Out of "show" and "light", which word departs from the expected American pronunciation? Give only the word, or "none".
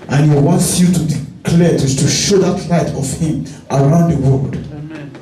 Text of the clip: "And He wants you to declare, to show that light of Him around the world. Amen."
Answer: none